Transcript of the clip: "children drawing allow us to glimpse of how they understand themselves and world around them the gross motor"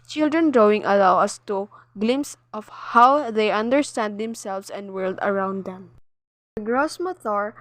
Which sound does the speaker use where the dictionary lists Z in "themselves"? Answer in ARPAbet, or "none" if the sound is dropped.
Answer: S